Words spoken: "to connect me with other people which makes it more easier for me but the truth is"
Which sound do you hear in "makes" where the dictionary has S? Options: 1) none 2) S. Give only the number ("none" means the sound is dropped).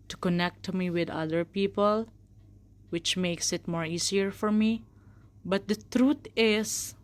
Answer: 2